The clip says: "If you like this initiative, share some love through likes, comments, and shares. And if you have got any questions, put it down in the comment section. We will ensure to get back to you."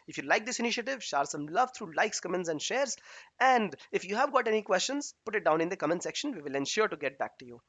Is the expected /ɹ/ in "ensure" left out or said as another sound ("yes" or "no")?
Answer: no